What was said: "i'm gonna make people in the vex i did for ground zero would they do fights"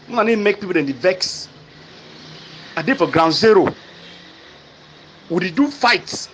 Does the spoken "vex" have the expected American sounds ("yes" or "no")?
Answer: yes